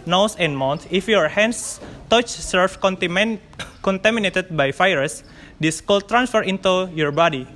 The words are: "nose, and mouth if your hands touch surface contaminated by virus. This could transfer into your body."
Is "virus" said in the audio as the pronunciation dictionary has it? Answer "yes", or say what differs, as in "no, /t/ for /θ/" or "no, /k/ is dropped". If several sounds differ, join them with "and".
no, /f/ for /v/